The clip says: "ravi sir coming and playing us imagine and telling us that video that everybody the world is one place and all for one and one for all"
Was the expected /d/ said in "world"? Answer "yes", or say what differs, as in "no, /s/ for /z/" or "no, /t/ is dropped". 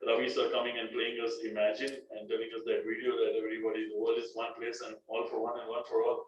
no, /d/ is dropped